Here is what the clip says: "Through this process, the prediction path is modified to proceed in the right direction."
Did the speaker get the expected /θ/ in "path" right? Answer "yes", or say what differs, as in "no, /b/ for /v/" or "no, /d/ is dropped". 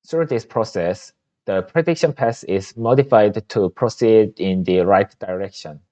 no, /s/ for /θ/